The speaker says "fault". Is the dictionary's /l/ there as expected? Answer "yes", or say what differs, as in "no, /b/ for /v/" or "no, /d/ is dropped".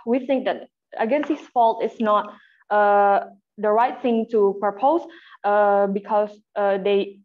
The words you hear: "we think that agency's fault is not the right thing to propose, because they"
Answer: yes